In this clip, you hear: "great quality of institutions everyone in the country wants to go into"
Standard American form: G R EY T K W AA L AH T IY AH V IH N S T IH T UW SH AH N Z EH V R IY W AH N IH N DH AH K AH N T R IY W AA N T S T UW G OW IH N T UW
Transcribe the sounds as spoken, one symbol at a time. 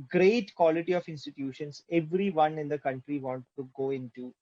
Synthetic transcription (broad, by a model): G R EY T K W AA L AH T IY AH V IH N S T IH T UW SH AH N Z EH V R IY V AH N IH N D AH K AH N T R IY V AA N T T UW G OW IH N T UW